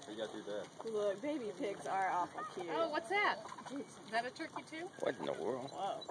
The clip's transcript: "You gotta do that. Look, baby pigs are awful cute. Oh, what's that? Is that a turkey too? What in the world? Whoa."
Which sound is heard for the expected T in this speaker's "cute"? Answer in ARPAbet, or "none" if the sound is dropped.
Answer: none